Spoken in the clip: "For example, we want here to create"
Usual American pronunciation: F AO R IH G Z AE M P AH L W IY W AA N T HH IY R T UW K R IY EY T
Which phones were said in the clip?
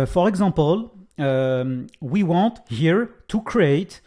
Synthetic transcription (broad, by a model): F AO R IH G Z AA P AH L W IY W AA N T HH IY R T UW K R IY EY T